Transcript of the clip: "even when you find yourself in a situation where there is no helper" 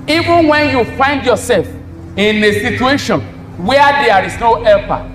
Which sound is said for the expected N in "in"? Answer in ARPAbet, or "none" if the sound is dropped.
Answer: N